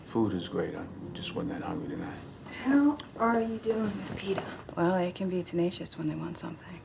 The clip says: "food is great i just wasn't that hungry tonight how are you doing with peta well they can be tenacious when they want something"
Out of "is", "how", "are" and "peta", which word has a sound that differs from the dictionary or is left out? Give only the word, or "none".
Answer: none